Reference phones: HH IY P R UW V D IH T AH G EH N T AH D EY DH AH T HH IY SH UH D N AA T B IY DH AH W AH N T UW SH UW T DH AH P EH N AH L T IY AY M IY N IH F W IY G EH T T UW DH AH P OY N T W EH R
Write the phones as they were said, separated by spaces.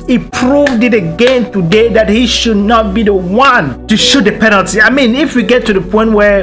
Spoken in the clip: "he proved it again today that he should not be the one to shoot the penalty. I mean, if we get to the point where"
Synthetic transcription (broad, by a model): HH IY P R UW V D IH T AH G EH N T AH D EY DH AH T HH IY SH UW D N AA T B IY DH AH W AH N T UW SH UW T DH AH P EH N AH L T IY AY M IY N IH F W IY G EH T T UW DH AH P OY N T W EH